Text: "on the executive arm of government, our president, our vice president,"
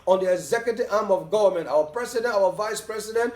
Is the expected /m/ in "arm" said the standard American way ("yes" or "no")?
yes